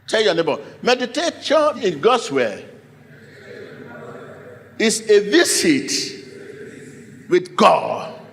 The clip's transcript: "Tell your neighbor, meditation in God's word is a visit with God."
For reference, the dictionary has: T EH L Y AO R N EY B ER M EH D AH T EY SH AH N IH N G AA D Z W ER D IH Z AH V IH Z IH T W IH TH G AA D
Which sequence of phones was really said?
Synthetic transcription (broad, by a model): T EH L Y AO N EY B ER M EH D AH T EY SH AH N IH N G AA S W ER IH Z AH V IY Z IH T W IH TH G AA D